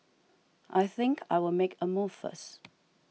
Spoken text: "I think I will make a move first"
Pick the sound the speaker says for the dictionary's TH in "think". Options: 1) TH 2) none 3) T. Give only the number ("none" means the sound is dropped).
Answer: 1